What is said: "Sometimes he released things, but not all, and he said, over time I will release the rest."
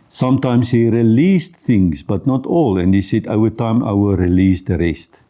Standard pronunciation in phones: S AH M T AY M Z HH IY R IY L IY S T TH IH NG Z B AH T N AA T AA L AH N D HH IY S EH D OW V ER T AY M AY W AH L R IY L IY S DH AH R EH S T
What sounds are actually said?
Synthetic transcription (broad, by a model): S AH M T AY M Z HH IY R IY L IY S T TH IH NG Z B AH T N AA T AA L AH N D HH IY S EH D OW ER T AY M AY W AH R IY L IY S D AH R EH S T